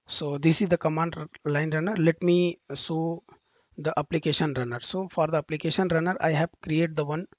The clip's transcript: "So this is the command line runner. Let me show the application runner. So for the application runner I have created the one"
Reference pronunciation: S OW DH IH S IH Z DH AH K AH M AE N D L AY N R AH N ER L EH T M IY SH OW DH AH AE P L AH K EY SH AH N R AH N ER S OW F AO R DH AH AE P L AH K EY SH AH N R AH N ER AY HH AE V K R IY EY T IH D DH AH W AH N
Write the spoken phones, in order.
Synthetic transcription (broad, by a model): S OW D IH S IH Z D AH K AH M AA N D L AY N R AH N ER L EH T M IY S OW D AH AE P L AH K EY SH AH N R AH N ER S OW F AO R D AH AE P L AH K EY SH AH N R AH N ER AY HH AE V K R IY EY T D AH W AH N